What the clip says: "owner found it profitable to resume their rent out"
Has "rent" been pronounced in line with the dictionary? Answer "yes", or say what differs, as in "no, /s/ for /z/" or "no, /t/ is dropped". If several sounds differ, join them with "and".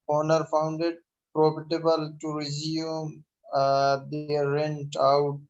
yes